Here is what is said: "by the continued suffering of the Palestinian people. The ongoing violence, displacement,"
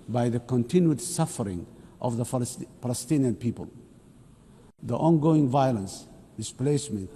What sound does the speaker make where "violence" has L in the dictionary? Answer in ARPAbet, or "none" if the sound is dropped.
L